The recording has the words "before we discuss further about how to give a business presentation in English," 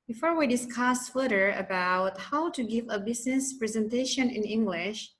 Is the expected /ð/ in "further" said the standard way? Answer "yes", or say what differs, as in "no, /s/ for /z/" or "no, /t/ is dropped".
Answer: no, /ð/ is dropped